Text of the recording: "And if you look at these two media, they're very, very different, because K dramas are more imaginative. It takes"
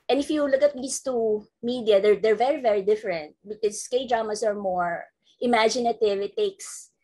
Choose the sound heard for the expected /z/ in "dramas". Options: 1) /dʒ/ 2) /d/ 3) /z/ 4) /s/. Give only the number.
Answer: 4